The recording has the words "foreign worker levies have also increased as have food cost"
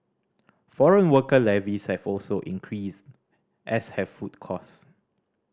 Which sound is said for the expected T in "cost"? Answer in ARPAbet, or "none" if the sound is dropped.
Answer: none